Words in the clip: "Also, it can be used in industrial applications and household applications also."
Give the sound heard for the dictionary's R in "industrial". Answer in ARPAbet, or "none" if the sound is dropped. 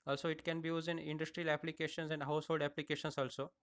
R